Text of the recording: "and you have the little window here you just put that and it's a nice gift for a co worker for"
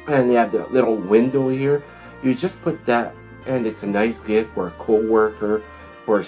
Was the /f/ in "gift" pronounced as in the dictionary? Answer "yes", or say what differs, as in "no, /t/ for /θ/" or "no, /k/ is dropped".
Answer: no, /f/ is dropped